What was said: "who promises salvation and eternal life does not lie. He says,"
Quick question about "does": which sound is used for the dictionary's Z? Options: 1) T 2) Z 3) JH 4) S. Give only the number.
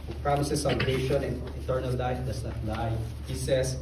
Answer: 4